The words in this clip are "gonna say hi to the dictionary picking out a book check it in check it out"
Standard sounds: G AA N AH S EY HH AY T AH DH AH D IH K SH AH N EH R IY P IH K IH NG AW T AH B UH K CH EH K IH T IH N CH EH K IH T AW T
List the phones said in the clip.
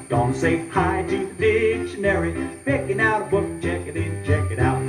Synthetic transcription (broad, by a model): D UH N S EY HH AY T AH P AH D IH K SH AH N EH R IY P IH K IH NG AW T AH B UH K CH EH K IH T IH N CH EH K IH T AW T